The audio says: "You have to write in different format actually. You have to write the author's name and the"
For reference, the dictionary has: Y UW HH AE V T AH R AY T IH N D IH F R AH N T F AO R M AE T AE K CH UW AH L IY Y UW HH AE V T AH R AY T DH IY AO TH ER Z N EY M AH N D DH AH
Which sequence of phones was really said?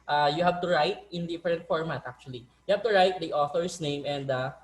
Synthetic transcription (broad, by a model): Y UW HH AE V T AH R AY T IH N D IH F R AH N T F AO R M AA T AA K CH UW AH L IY Y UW HH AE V T AH R AY T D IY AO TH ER S N EY M AH N D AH